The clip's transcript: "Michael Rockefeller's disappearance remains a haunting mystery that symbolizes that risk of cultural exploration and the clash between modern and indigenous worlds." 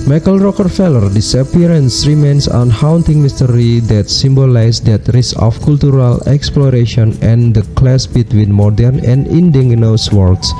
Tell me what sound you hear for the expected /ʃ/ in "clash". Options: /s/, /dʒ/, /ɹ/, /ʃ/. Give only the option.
/s/